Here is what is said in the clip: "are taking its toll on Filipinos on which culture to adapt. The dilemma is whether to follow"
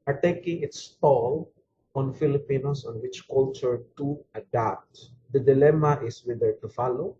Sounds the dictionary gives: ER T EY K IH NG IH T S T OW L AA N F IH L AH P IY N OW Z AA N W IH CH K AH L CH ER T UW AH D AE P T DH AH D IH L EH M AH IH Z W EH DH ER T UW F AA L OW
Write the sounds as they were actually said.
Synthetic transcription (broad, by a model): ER T EY K IH NG IH T S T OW L AA N F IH L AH P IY N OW S AA N W IH CH K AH L CH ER T UW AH D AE P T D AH D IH L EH M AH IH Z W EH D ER T UW F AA L OW